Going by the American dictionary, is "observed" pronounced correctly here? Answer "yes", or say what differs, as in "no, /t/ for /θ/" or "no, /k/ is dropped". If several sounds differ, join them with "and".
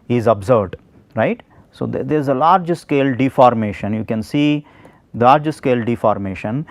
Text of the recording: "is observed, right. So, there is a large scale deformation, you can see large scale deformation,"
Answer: no, /v/ is dropped